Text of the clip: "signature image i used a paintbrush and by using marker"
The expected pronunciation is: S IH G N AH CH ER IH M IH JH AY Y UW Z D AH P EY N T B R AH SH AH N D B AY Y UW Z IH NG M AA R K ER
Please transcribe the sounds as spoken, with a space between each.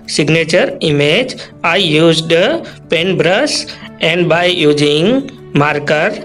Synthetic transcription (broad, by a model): S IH G N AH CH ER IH M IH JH AY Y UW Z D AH P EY N B R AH S AH N D B AY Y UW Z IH NG M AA R K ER